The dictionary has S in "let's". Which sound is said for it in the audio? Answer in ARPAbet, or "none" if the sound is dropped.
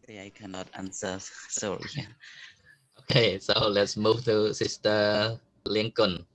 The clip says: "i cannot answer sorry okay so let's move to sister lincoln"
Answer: S